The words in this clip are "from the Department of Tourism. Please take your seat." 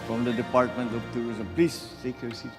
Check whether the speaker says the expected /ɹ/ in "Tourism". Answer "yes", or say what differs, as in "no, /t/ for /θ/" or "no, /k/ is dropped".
no, /ɹ/ is dropped